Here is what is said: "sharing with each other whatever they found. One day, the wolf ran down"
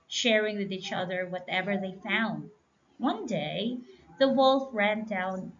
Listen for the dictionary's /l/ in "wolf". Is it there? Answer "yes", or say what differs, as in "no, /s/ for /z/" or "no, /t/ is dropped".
yes